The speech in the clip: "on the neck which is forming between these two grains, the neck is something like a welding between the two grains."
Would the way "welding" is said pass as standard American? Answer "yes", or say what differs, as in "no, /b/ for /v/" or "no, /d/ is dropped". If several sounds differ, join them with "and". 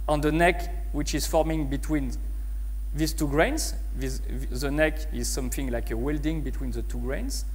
yes